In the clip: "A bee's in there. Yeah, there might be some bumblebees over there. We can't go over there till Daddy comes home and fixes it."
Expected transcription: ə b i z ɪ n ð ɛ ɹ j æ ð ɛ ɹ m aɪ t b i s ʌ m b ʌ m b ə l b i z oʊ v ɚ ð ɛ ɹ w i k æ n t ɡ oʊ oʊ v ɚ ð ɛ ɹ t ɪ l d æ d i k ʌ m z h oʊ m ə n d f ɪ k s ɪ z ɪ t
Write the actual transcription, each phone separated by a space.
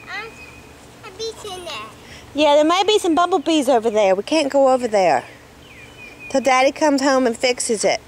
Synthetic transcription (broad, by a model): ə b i s ɪ n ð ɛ j æ ð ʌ ɹ m aɪ t b i s ʌ m b ʌ b l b i z oʊ v ɚ ð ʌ ɹ w i k æ n ɡ oʊ oʊ v ɚ ð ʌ ɹ t ɪ l d æ d i k ʌ m z h oʊ m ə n f ɪ k s ɪ z ɪ t